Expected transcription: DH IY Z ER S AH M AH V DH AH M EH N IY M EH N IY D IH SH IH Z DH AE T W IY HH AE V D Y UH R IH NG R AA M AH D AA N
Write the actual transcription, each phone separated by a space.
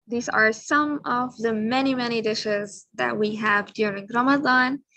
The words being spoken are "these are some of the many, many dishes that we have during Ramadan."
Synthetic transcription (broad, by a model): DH IY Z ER S AH M AH V DH AH M EH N IY M EH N IY D IH SH IH Z DH AE T W IY HH AE V D Y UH R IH NG R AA M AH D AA N